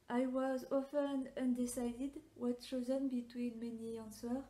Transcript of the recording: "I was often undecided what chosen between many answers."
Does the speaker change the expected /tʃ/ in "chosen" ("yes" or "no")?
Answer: yes